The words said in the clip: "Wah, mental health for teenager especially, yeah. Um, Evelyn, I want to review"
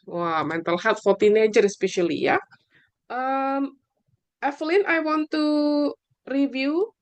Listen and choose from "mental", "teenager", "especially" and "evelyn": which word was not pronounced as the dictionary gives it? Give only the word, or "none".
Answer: evelyn